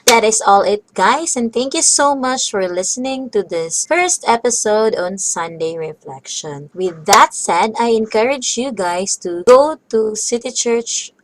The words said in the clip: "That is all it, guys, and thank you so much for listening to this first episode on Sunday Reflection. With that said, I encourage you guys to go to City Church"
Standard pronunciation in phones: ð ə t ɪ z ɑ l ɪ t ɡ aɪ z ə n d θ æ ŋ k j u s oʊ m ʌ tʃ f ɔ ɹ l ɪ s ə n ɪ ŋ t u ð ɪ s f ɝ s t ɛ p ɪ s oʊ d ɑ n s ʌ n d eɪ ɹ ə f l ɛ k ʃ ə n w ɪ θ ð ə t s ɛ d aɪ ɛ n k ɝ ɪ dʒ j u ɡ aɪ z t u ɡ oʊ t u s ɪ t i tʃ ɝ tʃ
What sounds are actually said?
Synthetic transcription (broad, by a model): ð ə t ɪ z ɑ l ɪ t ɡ aɪ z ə n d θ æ ŋ k j u s oʊ m ʌ tʃ f ɔ ɹ l ɪ s ə n ɪ ŋ t u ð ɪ s f ɝ s t ɛ p ɪ s oʊ d ɑ n s ʌ n d eɪ ɹ ə f l ɛ k ʃ ə n w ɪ ð ə t s ɛ d aɪ ɛ n k ɝ ɪ dʒ j u ɡ aɪ s t u ɡ oʊ t u s ɪ t i tʃ ɝ tʃ